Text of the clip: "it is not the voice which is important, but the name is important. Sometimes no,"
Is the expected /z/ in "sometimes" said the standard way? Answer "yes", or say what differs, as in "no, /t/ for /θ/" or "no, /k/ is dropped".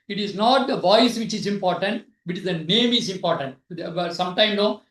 no, /z/ is dropped